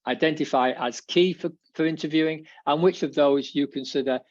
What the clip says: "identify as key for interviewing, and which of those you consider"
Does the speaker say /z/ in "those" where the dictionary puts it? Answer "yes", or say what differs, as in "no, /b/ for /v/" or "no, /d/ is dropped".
yes